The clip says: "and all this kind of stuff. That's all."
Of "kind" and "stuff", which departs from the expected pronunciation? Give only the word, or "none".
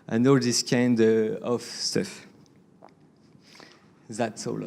none